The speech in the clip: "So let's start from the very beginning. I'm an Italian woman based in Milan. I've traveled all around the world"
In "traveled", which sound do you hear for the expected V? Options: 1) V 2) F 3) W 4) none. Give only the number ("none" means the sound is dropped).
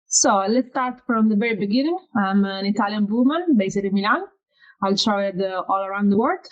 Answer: 4